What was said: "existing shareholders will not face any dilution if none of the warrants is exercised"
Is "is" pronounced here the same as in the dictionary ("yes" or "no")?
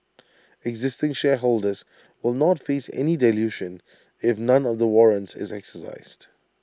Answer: yes